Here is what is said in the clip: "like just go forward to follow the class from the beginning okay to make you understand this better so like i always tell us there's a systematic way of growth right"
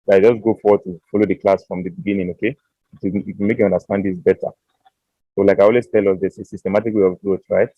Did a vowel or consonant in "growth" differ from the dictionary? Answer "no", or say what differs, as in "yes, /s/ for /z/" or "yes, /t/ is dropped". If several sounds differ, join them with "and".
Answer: yes, /t/ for /θ/